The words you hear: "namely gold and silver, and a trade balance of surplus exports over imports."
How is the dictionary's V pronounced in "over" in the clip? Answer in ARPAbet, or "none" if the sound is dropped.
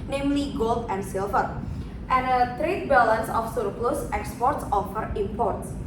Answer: F